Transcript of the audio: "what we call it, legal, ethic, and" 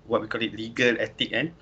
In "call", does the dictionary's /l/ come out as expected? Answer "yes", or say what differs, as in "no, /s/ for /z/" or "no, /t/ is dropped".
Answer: yes